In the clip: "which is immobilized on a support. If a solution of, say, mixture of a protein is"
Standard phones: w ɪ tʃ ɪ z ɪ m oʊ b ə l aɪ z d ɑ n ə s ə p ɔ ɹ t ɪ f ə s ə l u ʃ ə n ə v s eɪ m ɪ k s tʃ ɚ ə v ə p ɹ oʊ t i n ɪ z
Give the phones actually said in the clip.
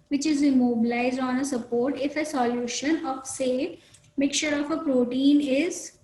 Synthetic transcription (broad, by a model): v ɪ tʃ ɪ z ɪ m oʊ b ə l aɪ z d ɑ n ə s ə p ɔ ɹ t ɪ f ə s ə l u ʃ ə n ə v s eɪ m ɪ k tʃ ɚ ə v ə p ɹ oʊ t i n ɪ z